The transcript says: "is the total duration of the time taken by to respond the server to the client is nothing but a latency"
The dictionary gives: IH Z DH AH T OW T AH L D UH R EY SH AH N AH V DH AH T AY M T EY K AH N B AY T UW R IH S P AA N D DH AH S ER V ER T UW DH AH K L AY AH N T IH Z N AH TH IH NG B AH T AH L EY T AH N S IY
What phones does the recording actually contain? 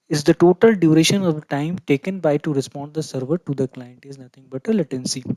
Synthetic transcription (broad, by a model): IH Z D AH T OW T AH L D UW R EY SH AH N AH V T AY M T EY K AH N B AY T UW R IH S P AA N D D AH S ER V ER T UW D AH K L AY AH N T IH Z N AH T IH NG B AH T AH L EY T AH N S IY